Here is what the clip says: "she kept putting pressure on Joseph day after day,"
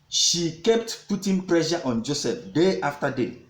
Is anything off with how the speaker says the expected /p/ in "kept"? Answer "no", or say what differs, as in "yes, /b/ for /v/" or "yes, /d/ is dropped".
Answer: no